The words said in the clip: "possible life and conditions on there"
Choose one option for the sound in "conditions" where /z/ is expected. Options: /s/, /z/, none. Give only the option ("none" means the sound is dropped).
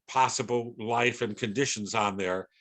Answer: /z/